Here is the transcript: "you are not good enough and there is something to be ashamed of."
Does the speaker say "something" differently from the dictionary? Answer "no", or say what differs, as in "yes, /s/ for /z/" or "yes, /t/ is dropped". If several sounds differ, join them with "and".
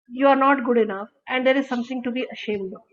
yes, /t/ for /θ/